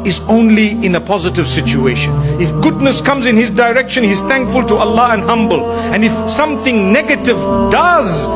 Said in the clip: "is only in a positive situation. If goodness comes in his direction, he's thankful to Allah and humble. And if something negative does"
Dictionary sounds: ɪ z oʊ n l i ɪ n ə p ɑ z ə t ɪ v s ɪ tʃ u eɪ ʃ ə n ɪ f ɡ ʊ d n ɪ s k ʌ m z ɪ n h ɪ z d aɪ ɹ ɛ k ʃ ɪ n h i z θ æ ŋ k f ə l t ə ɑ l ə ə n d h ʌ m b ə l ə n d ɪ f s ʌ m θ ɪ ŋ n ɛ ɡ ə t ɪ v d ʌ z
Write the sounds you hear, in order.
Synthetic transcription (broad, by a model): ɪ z oʊ n l i ɪ n ə p ɑ z ə t ɪ v s ɪ tʃ u eɪ ʃ ə n ɪ f ɡ ʊ d n ɪ s k ʌ m z ɪ n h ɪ z d aɪ ɹ ɛ k ʃ ɪ n h i z θ æ ŋ k f ə l t ə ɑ l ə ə n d h ʌ m b ə l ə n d ɪ f s ʌ m θ ɪ ŋ n ɛ ɡ ə t ɪ v d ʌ z